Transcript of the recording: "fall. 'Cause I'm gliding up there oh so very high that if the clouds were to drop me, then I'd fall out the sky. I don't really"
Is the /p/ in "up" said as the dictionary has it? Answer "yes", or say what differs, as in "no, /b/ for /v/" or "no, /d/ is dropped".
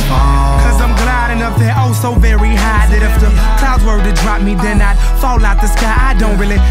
no, /f/ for /p/